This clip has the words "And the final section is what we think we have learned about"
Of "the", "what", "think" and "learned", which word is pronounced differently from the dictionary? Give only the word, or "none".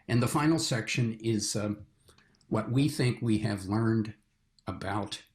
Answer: none